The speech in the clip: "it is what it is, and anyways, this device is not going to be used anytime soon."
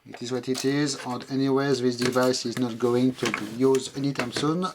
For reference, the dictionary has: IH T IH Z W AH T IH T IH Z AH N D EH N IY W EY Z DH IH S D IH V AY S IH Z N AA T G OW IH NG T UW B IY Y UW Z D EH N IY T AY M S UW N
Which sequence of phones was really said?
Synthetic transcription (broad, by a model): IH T IH Z W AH T IH T IH Z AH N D EH N IY W EY Z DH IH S D IH V AY S IH Z N AA T G OW IH NG T UW B IY Y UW Z EH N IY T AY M S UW N